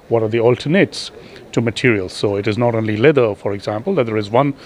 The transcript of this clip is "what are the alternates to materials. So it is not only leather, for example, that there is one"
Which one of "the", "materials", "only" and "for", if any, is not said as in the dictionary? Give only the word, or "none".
none